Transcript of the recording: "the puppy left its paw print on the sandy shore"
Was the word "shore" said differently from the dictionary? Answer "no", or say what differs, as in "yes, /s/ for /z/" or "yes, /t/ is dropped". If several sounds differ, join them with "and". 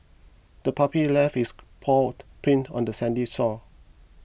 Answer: yes, /s/ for /ʃ/